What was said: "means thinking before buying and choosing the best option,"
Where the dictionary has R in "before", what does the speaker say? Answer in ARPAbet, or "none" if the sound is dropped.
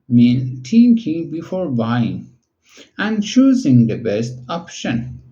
R